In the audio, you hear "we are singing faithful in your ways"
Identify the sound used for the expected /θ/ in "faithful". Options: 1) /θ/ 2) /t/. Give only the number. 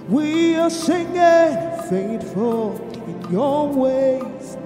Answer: 2